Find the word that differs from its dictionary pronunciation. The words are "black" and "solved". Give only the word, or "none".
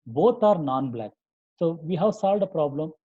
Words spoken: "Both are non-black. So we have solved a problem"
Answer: none